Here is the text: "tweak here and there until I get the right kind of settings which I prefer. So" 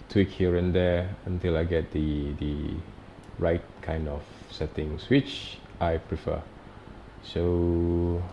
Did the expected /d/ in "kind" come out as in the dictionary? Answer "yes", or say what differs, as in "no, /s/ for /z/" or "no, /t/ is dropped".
yes